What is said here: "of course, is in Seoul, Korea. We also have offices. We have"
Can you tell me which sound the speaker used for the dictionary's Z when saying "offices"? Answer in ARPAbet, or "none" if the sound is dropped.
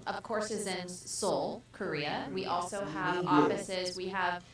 Z